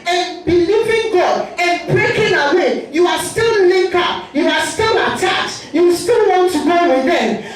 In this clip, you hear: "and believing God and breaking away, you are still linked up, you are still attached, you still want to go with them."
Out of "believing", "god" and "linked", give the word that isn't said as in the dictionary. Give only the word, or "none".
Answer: linked